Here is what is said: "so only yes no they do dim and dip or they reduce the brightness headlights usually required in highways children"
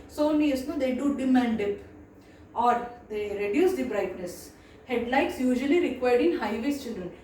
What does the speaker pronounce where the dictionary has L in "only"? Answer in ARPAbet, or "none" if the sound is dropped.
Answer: none